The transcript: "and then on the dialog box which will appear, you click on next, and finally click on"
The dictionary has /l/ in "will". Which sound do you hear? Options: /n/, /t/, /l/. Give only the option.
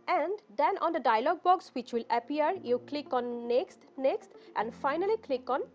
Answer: /l/